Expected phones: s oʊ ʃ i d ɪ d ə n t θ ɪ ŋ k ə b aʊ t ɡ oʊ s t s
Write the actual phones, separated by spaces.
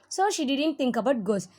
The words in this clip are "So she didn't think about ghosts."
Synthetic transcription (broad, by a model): s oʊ ʃ i d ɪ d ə n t t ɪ ŋ k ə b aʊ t ɡ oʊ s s